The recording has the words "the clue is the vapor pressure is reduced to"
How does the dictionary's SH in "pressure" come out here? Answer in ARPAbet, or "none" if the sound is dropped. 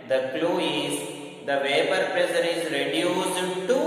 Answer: S